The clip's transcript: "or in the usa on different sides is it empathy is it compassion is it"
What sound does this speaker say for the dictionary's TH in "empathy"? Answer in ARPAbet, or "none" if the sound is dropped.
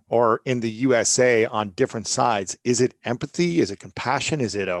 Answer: TH